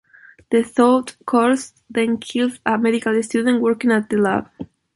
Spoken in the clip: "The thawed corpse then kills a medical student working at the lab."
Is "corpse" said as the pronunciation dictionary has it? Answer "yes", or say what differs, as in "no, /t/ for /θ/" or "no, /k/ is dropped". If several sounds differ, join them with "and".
no, /p/ is dropped